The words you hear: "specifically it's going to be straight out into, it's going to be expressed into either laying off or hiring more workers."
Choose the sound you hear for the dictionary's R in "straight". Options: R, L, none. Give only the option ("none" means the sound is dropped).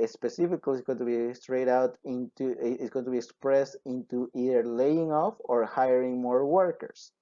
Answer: R